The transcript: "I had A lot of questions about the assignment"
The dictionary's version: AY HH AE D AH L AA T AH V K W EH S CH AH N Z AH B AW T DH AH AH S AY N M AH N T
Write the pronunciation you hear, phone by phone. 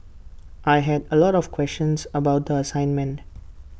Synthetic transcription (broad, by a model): AY HH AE D AH L AA T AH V K W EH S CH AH N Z AH B AW T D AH AH S AY N M AH N T